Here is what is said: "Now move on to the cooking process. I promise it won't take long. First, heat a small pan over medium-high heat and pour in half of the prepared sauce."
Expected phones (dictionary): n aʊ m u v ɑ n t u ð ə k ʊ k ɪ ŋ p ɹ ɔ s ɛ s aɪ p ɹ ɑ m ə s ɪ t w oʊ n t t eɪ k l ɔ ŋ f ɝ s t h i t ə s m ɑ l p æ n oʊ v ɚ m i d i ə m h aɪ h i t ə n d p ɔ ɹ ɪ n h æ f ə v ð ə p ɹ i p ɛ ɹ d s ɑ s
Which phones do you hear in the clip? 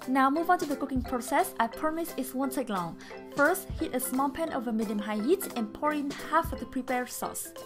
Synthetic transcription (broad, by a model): n aʊ m u v ɑ n t u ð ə k ʊ k ɪ ŋ p ɹ ɔ s ɛ s aɪ p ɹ m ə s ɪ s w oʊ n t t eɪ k l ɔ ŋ f ɝ s t h i t ə s m ɑ l p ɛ n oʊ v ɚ m i d i ə m h aɪ h i t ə n p ɔ ɹ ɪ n h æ f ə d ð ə p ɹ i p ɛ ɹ s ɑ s